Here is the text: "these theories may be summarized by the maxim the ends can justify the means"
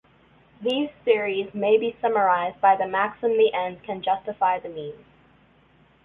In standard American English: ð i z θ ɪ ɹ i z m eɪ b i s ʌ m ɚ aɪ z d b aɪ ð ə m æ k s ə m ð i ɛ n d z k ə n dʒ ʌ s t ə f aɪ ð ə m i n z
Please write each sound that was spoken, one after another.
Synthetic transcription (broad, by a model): ð i z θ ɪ ɹ i z m eɪ b i s ʌ m ɚ aɪ z b aɪ ð ə m æ k s ə m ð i ɛ n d k ə n dʒ ʌ s t ə f aɪ ð ə m i n z